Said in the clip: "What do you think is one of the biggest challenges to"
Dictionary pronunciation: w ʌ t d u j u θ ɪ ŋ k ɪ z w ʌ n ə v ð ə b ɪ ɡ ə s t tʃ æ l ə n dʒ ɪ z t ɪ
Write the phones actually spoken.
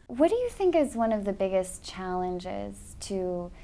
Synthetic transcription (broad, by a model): w ʌ t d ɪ j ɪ θ ɪ ŋ k ɪ z w ʌ n ə v ð ə b ɪ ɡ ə s tʃ æ l ə n dʒ ɪ z t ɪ